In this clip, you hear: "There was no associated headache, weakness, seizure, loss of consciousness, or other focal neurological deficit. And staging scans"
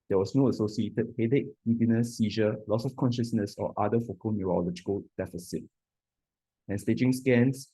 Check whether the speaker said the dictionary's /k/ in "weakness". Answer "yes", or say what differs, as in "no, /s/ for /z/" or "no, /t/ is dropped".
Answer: no, /k/ is dropped